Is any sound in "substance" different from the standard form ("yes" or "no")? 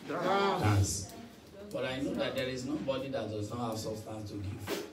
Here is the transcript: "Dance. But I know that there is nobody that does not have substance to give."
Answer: yes